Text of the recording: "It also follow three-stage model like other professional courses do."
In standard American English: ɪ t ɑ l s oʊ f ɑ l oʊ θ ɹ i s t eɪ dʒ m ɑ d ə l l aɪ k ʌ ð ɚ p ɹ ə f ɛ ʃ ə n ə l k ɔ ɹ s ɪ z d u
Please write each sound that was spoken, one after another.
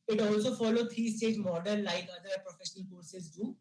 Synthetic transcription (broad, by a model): ɪ t ɑ l s oʊ f ɑ l oʊ t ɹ i s t eɪ dʒ m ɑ d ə n l aɪ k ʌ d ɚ p ɹ ə f ɛ ʃ ə n ə l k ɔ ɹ s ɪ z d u